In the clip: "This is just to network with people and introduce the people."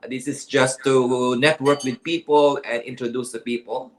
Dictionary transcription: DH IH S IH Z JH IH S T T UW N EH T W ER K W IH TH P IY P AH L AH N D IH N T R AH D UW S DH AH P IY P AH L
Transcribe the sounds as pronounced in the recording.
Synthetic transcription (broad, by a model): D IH S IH S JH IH S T T UW N EH T W ER K W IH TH P IY P AH L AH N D IH N T R AH D UW S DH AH P IY P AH L